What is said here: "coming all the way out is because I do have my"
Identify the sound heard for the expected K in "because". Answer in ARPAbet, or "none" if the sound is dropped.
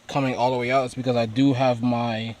K